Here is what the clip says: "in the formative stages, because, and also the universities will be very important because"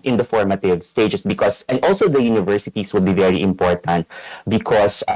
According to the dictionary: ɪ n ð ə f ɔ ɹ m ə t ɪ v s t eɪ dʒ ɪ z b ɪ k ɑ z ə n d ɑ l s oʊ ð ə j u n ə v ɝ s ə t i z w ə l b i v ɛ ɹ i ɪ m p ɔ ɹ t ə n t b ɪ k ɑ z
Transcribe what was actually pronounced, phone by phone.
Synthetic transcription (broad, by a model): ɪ n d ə f ɔ ɹ m ə t ɪ v s t eɪ dʒ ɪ s b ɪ k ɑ s ə n d ɑ l s oʊ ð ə j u n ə v ɝ s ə t i s w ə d b i v ɛ ɹ i ɪ m p ɔ ɹ t ə n t b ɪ k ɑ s